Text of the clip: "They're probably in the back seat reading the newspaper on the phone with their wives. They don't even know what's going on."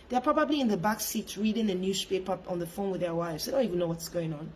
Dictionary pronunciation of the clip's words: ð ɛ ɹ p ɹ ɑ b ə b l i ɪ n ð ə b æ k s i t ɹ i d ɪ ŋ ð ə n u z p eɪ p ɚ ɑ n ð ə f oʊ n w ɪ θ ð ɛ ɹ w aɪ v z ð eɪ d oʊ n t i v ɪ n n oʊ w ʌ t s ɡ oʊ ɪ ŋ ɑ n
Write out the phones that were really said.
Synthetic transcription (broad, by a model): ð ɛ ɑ p ɹ ɑ b ə b l i ɪ n ð ə b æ k s i t ɹ i d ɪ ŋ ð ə n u s p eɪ p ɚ ɑ n ð ə f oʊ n w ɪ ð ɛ w aɪ v z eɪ d oʊ n t i v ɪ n n oʊ w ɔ t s ɡ oʊ ɪ ŋ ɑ n